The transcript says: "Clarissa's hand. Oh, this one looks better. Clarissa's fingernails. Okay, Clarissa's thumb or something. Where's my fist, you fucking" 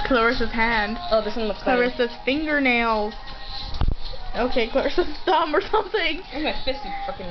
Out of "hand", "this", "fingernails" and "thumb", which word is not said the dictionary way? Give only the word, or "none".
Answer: thumb